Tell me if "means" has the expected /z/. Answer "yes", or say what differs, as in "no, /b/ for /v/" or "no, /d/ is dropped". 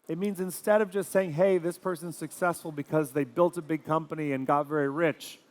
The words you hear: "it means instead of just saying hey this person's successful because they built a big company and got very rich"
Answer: yes